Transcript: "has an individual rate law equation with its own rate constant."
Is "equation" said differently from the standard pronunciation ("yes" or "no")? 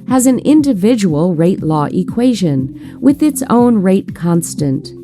no